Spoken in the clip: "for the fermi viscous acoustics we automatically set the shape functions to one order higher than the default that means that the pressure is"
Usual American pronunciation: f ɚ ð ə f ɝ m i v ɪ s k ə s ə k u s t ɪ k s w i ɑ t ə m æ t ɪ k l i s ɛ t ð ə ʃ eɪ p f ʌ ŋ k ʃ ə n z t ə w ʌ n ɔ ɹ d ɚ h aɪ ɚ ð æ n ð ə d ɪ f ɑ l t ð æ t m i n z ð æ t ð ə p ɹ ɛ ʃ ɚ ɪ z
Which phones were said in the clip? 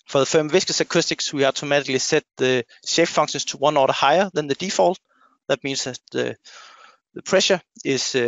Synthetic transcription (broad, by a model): f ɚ ð ə f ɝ m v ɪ s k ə s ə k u s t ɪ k s w i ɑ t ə m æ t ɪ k l i s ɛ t ð ə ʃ eɪ f f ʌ ŋ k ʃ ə n s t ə w ʌ n ɔ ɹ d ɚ h aɪ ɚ ð æ n ð ə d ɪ f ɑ l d ð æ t m i n s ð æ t ð ə p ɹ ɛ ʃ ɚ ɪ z